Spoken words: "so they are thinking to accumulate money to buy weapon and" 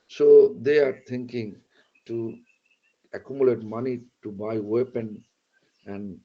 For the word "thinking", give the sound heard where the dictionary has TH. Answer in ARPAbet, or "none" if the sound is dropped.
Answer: T